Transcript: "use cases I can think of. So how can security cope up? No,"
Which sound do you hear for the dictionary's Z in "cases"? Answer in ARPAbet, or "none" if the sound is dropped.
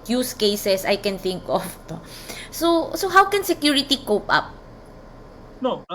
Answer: S